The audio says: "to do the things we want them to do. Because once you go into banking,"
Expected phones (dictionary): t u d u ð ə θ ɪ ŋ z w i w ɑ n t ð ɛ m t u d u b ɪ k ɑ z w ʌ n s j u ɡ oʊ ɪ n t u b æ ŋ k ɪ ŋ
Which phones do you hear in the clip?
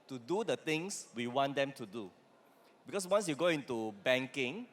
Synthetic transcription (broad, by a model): t u d u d ə t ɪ ŋ s w i w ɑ n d ɛ m t u d u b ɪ k ɑ s w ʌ n s j u ɡ oʊ ɪ n t u b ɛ ŋ k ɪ ŋ